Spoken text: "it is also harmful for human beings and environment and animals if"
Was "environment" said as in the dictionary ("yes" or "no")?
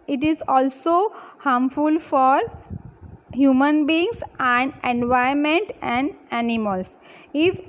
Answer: no